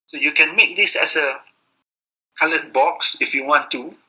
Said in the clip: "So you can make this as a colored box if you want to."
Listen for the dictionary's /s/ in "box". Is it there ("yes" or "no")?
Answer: yes